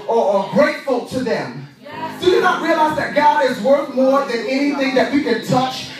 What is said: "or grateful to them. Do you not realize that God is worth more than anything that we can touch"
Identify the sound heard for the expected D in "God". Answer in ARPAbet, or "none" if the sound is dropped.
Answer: D